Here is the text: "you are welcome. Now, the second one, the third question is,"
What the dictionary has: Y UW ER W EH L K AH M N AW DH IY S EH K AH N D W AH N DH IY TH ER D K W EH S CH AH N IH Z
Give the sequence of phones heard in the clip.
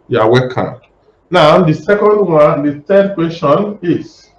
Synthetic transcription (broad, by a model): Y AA W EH K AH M N AW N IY S EH K AH N D W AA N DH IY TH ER D K W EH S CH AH N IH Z